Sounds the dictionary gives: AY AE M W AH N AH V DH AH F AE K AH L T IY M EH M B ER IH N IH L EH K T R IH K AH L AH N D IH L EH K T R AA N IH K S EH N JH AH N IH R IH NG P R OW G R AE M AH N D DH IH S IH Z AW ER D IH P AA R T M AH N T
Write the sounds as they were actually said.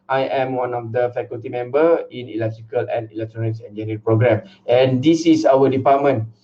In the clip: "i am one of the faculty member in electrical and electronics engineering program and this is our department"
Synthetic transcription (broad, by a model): AY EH M W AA N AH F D AH F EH K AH L T IY M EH M B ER IH N IH L EH K T R IH K AH L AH N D IH L EH K T R AA N IH K S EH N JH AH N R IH P R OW G R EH M AH N D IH S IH S AW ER D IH P AA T M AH N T